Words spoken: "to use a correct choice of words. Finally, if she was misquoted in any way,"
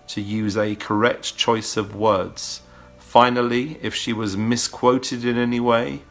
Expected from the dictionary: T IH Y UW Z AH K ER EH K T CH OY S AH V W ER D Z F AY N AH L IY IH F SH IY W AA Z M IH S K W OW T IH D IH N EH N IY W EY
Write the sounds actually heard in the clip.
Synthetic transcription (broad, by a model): T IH Y UW Z AH K ER EH K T CH OY S AH V W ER D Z F AY N AH L IY IH F SH IY W AA Z M IH S K W OW T IH D IH N EH N IY W EY